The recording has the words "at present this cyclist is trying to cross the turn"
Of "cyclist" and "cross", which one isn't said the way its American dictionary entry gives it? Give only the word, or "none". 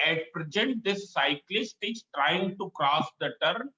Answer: none